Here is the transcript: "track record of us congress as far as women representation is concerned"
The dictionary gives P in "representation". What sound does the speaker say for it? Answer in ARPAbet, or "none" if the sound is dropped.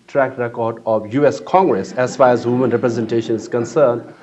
P